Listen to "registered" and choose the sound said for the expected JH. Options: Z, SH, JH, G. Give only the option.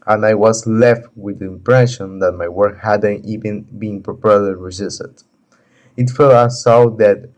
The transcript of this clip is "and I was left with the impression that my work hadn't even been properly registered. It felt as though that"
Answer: Z